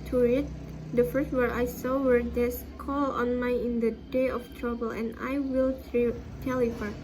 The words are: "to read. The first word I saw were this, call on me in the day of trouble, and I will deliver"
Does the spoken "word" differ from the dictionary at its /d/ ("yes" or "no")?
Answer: yes